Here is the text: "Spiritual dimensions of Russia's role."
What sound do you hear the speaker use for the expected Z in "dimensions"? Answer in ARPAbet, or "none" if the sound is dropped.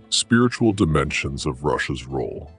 Z